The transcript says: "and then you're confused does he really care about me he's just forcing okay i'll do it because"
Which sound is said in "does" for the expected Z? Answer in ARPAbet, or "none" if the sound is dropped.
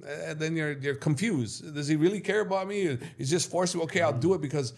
Z